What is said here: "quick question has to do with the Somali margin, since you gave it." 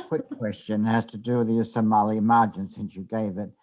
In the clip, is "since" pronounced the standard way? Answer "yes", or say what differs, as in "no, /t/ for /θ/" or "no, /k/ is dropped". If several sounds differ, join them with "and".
yes